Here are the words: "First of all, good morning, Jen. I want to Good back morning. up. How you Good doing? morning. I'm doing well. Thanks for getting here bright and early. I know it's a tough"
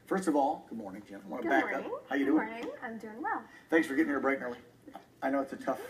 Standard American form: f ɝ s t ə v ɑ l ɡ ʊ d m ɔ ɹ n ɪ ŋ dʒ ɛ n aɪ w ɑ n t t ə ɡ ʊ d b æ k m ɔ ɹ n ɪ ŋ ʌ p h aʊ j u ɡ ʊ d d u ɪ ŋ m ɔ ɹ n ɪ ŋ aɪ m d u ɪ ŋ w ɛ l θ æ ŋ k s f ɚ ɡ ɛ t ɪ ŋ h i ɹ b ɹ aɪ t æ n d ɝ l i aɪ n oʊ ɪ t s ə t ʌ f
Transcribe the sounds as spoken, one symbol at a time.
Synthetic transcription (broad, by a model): f ɝ s t ə v ɑ l ɡ ʊ d m ɔ ɹ n ɪ ŋ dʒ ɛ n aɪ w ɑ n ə b æ k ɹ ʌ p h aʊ j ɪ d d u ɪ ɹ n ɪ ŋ aɪ m d u ɪ ŋ w ɛ l θ æ ŋ k s f ɚ ɡ ɛ t ɪ ŋ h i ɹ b ɹ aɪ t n ɝ l i aɪ n oʊ ɪ t s ə t ʌ f